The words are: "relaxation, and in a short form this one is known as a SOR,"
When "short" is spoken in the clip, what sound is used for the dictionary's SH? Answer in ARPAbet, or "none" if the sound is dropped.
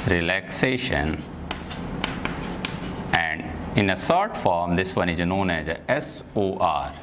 S